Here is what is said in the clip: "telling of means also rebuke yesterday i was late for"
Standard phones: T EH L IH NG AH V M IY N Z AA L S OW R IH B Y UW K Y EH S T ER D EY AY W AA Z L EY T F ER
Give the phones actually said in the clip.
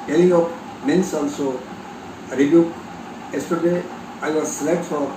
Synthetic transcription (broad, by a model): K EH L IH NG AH P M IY N S AA L S OW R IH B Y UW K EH S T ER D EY AY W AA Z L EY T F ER